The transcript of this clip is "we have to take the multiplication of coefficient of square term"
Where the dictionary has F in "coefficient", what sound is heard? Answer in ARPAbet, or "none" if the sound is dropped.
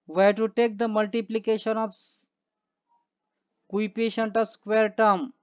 P